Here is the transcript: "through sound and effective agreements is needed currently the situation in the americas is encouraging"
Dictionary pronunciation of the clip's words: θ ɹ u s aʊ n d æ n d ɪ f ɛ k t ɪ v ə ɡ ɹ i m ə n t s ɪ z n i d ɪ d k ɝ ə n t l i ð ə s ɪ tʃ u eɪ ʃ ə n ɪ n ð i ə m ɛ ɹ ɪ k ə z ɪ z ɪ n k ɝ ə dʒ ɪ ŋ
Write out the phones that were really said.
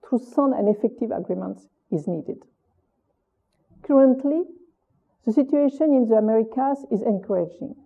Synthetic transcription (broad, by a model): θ ɹ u s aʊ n æ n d ɪ f ɛ k t ɪ v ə ɡ ɹ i m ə n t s ɪ z n i d ɪ d k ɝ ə n t l i ð ə s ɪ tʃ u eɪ ʃ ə n ɪ n ð i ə m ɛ ɹ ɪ k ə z ɪ z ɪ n k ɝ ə dʒ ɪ ŋ